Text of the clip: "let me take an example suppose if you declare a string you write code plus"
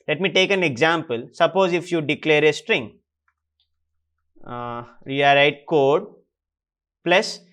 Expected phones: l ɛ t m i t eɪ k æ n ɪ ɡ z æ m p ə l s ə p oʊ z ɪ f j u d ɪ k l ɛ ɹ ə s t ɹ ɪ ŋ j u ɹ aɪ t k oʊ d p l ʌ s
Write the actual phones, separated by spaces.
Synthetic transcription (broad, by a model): l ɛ t m i t eɪ k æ n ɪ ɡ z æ m p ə l s ə p oʊ z ɪ f j u d ɪ k l ɛ ɹ ə s t ɹ ɪ ŋ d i ɹ aɪ t k oʊ d p l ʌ s